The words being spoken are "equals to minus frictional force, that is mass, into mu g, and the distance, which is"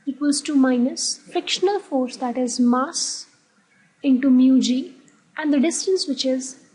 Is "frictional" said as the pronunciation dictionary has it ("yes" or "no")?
yes